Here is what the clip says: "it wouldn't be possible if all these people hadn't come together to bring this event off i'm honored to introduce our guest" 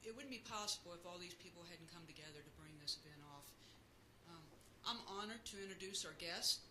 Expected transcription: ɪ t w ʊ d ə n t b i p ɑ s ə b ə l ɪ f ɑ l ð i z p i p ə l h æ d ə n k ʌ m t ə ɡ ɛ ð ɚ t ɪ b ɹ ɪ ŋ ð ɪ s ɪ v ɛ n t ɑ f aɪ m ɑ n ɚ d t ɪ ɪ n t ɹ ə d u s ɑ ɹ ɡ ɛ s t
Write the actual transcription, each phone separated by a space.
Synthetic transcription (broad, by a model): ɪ t w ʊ d n b i p ɑ s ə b l ɪ f ɑ l ð i z p i p l h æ d n k ʌ m t ə ɡ ɛ ð ɚ t ɪ b ɹ ɪ ŋ ð ɪ s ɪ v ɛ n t ɑ f aɪ m ɑ n ɚ d t ɪ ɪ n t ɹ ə d u s ɑ ɹ ɡ ɛ s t